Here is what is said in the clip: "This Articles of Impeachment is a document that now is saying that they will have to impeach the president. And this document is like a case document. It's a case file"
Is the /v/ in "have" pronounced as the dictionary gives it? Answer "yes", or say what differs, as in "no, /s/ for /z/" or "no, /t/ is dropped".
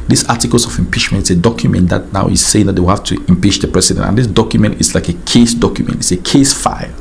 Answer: no, /f/ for /v/